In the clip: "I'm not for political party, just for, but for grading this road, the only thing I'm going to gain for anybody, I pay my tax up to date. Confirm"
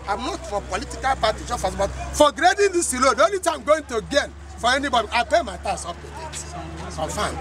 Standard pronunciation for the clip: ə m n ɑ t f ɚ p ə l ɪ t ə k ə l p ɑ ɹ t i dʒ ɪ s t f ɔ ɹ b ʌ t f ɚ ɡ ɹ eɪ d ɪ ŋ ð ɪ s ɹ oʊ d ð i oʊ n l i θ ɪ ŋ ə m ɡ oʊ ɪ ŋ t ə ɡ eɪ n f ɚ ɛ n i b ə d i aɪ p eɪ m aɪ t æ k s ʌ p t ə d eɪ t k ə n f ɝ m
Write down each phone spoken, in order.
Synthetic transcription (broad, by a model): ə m n ɑ t f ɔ p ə l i t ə k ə l p ɑ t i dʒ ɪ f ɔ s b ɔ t f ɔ ɡ ɹ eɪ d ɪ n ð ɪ s l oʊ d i oʊ n l i t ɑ ə m ɡ oʊ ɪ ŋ t ə ɡ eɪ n f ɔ ɛ n i b ə d i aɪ p eɪ m aɪ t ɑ s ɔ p t ə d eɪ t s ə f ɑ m